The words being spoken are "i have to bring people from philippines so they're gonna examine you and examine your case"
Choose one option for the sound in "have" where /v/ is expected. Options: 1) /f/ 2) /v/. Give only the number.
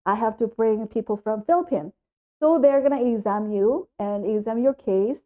1